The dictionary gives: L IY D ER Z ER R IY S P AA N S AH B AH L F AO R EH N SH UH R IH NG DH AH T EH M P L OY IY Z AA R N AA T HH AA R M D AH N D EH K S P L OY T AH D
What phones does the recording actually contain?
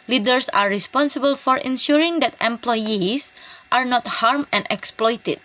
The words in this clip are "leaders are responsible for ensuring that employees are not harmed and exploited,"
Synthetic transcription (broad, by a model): L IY D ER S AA R IY S P AA N S AH B AH L F AO R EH N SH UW R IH NG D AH T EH M P L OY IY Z AA R N AA T HH AA R M AH N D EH K S P L OY T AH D